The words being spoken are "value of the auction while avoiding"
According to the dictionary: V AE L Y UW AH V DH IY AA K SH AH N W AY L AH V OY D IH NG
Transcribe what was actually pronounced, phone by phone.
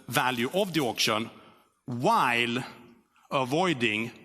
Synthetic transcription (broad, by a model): V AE L Y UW AH V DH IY AA K SH AH N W AY L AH V OY D IH NG